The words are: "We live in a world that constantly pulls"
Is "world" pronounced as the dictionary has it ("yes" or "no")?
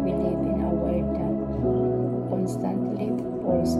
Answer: no